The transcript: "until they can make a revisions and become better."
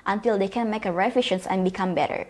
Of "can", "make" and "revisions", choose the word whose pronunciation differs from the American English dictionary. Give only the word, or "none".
revisions